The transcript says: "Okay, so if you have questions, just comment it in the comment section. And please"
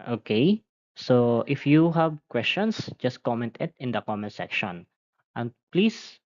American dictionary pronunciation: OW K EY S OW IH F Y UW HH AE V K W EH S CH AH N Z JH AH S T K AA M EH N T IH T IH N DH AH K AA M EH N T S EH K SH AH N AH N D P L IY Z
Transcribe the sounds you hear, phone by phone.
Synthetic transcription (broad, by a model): OW K EY S OW IH F Y UW HH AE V K W EH S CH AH N S JH AH S T K AA M EH N T IH T IH N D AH K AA M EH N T S EH K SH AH N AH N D P L IY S